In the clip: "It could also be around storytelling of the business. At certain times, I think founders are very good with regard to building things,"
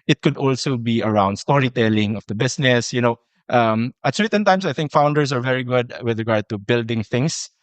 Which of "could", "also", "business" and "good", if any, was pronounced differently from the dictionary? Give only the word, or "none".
business